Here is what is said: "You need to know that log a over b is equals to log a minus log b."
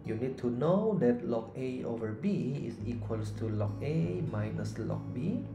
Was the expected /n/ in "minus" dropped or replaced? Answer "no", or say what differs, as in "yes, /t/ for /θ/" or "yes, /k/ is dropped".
no